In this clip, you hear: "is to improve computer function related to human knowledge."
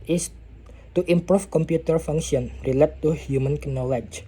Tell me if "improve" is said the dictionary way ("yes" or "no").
no